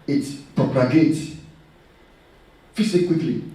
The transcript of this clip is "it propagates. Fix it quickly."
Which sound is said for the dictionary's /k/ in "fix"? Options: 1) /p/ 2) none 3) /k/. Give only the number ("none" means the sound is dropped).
2